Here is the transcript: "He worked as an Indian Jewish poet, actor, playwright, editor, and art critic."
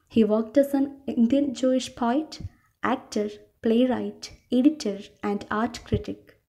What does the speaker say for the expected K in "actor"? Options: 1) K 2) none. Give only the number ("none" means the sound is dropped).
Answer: 1